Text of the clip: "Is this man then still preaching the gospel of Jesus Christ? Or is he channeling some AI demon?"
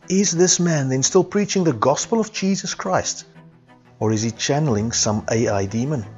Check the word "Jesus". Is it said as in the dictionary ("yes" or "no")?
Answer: yes